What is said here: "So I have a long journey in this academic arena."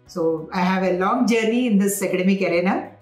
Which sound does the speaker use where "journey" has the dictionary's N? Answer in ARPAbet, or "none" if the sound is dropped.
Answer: none